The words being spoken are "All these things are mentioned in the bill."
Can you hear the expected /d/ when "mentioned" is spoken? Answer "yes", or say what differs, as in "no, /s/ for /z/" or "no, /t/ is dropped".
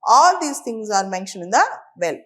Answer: no, /d/ is dropped